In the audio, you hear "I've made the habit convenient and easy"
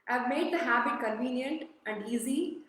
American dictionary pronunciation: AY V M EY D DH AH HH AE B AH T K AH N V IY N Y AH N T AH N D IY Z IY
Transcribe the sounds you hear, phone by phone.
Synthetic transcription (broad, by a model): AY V M EY D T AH HH AE B AH T K AH N V IY N Y AH N T AH N D IY Z IY